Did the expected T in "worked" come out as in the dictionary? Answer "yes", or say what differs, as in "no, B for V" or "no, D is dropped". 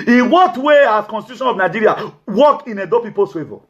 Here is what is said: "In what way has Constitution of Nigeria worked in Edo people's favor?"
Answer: no, T is dropped